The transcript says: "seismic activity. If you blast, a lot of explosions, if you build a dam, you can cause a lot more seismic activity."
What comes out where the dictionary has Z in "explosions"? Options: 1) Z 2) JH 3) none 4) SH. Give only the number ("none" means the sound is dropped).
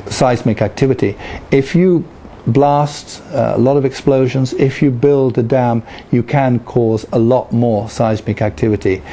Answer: 1